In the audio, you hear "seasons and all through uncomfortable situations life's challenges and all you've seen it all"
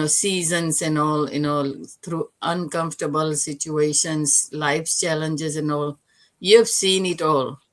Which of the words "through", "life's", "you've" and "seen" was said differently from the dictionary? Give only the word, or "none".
through